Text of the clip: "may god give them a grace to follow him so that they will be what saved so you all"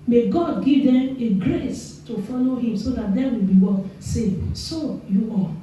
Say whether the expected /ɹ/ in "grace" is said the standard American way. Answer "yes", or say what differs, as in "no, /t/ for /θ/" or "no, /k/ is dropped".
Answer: yes